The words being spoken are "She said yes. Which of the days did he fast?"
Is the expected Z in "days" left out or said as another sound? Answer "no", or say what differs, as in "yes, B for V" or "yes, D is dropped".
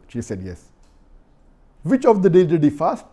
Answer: yes, Z is dropped